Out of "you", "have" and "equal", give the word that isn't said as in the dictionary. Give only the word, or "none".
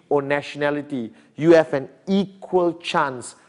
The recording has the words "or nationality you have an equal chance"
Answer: have